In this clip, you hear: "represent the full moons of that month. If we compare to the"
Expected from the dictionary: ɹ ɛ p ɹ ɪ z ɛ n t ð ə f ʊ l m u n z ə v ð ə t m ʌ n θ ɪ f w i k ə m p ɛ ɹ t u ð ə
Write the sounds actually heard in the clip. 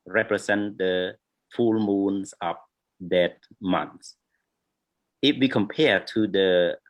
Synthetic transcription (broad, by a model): ɹ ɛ p ɹ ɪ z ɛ n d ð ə f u l m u n s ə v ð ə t m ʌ n s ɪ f w i k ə m p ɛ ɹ t u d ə